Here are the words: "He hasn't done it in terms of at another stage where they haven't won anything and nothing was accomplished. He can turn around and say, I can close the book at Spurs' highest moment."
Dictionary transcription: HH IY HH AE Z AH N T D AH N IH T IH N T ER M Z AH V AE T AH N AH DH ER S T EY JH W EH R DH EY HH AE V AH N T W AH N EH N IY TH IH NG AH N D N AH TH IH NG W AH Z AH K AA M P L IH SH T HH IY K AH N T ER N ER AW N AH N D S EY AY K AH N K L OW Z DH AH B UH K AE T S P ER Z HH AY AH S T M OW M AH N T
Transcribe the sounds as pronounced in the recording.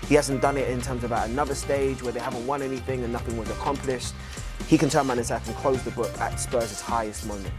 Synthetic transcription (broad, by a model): HH IY HH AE Z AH N D AH N IH T IH N T ER M Z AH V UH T AH N AH DH ER S T EY JH W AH R DH EY HH AE V AH N T W AH N EH N IY TH IH NG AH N N AH TH IH NG W AH Z AH K AA M P L IH SH T HH IY K AH N T ER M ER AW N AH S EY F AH N K L OW Z DH AH B UH K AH T S P ER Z HH AY AH S T M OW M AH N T